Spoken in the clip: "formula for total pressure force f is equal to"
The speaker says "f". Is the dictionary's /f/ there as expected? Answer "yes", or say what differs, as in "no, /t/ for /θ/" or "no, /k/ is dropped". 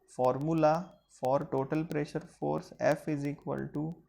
yes